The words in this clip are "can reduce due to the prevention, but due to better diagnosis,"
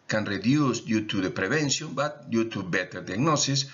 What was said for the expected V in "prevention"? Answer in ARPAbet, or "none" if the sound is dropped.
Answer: B